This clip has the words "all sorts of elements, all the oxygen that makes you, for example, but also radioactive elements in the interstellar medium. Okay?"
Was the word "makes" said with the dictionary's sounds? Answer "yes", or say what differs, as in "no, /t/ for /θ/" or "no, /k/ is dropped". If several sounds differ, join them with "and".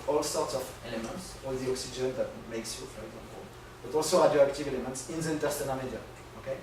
yes